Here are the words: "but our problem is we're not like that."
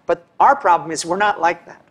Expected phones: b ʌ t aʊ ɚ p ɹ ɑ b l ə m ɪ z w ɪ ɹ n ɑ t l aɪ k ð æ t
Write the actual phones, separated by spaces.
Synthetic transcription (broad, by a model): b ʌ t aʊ ɚ p ɹ ɑ b l ə m ɪ z w ɪ ɹ n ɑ t l aɪ k ð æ t